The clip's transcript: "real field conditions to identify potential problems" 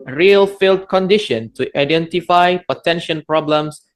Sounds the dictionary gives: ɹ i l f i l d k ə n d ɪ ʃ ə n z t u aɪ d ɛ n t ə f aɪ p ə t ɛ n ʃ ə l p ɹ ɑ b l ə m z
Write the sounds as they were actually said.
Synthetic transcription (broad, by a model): ɹ i l f i l d k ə n d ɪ ʃ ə n t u aɪ d ɛ n t ə f aɪ p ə t ɛ n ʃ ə n p ɹ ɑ b l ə m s